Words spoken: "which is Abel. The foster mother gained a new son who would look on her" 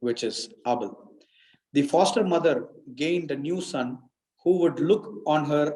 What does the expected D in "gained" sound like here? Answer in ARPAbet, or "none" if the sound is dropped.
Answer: D